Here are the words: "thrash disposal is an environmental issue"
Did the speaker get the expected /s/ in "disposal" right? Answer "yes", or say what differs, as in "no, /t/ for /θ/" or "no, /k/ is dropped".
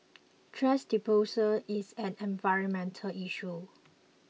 no, /s/ is dropped